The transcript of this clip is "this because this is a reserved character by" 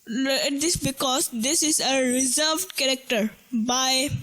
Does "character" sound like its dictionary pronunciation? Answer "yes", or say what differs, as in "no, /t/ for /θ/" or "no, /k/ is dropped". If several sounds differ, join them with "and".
yes